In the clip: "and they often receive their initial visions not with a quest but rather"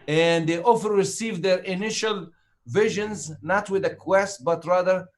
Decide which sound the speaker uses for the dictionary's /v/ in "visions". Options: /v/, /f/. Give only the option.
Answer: /v/